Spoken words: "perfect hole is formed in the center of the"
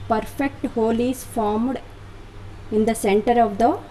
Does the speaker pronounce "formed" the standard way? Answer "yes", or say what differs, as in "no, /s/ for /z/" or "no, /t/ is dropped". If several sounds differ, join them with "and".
yes